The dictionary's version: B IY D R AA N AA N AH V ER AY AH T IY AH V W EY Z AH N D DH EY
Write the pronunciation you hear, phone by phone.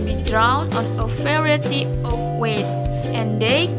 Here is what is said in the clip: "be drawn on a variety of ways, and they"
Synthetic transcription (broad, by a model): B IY D R AA N AA N AH F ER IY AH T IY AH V W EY S AH N D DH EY